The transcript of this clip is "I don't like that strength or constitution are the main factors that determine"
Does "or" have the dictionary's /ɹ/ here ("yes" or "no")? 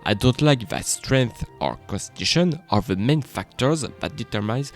yes